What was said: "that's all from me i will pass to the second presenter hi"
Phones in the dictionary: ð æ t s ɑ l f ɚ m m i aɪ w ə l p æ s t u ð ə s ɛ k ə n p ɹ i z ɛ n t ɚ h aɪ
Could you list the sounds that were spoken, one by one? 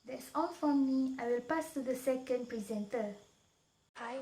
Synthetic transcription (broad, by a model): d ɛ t s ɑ n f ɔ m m i aɪ w ə l p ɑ s t u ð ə s ɛ k ə n p ɹ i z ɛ n t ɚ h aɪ